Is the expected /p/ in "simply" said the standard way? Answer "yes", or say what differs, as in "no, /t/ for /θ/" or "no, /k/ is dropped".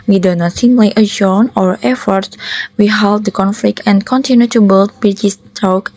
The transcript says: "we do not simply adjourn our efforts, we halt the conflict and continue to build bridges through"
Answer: no, /p/ is dropped